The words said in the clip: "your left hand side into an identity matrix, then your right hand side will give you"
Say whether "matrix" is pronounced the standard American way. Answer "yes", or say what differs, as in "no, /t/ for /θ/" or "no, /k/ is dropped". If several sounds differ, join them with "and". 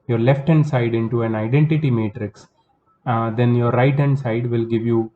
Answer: yes